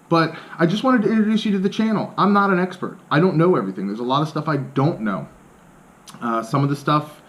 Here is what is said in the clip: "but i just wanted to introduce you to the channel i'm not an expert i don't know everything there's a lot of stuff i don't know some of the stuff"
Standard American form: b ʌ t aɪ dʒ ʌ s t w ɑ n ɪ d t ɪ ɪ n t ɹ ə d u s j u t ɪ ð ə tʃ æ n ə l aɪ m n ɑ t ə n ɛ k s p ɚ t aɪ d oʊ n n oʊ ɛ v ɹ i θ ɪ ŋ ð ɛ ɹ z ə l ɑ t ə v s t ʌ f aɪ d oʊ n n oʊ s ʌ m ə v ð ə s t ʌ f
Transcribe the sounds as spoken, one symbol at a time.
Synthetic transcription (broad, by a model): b ʌ t aɪ dʒ ʌ s t w ɑ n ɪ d t ɪ ɪ n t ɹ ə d u s j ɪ t ɪ ð ə tʃ æ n l aɪ m n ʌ t ə n ɛ k s p ɚ t aɪ d oʊ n n oʊ ɛ v ɹ i θ ɪ ŋ ð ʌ ɹ z ə l ɑ t ə v s t ʌ f aɪ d oʊ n n oʊ s ʌ m ə v ð ə s t ʌ f